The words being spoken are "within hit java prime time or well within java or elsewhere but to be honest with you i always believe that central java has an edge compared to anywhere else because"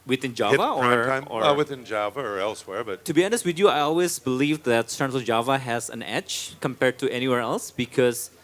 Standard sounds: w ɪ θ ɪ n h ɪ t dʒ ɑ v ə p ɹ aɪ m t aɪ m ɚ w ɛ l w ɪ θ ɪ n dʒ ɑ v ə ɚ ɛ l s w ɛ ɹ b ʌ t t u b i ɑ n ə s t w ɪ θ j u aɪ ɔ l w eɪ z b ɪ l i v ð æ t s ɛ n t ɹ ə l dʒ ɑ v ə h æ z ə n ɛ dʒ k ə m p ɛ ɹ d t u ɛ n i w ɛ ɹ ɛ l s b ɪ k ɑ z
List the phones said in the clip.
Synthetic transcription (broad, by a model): w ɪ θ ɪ n dʒ ɑ v ə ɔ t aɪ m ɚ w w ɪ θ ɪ n dʒ ɑ v ə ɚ ɛ l s w ɛ ɹ b ʌ t t u b i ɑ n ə s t w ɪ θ j u aɪ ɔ l w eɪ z b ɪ l i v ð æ t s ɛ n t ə dʒ ɑ v ə h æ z ə n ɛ tʃ k ə m p ɛ ɹ d t u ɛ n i w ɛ ɹ ɛ l s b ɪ k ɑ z